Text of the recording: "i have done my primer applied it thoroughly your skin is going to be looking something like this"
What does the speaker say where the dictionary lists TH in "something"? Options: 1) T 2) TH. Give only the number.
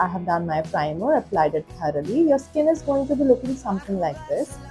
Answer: 1